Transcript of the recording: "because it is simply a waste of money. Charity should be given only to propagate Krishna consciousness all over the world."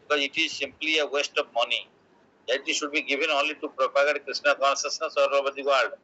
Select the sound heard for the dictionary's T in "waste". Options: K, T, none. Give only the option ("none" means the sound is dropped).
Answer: T